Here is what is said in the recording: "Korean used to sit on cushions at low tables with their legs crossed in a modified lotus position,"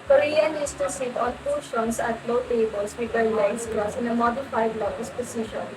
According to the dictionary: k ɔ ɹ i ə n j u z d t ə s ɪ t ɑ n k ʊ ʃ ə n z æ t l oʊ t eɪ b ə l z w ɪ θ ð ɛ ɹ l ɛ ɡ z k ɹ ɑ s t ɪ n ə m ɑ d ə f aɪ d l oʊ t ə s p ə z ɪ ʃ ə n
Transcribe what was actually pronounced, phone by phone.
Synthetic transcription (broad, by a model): k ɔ ɹ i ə n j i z t ə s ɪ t ɑ n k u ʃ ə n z æ t l oʊ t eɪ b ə l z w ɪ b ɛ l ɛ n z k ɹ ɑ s ɪ n ə m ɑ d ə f aɪ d l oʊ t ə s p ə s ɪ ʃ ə n